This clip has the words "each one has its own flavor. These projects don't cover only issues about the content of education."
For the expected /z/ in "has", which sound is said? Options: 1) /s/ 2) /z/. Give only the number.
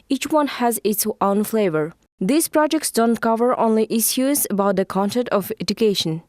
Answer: 2